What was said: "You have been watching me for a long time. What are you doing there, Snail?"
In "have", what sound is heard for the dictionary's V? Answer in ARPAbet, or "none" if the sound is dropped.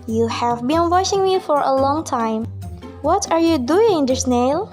V